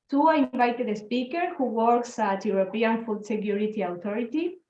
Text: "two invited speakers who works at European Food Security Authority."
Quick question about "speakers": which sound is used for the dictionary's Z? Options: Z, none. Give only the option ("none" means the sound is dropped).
none